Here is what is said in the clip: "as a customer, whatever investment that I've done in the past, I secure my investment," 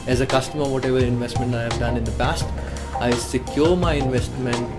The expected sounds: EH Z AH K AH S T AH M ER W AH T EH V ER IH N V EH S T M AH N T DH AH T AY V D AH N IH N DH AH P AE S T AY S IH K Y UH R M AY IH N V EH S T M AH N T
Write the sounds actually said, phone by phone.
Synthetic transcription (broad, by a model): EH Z AH K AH S T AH M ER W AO T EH V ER IH N V EH S T M AH N T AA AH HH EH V D AH N IH N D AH P AE S T AY S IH K Y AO R M AY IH N V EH S T M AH N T